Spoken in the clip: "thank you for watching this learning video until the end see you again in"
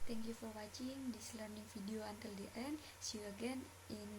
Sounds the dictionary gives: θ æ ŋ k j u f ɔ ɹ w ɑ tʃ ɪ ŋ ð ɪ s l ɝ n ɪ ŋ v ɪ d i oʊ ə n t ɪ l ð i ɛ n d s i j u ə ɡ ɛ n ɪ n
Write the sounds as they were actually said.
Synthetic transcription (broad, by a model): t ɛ ŋ k j u f ɔ ɹ w ɑ tʃ ɪ ŋ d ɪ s l ɝ n ɪ ŋ f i d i oʊ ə n t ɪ l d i ɛ n d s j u ə ɡ ɛ n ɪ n